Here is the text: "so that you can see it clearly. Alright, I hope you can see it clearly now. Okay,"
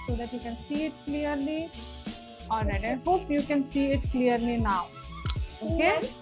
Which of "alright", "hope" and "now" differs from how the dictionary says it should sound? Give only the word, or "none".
alright